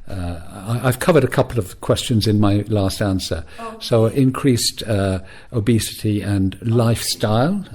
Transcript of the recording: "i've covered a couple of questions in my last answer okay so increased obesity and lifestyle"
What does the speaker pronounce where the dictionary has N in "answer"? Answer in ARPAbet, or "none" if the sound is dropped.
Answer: N